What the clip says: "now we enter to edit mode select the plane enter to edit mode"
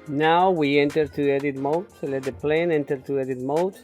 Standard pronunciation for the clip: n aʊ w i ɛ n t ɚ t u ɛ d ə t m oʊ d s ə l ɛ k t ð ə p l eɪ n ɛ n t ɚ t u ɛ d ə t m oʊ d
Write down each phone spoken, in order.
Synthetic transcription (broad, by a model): n aʊ w i ɛ n t ɚ t u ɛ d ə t m oʊ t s l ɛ t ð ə p l eɪ n ɛ n t ɚ t u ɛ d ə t m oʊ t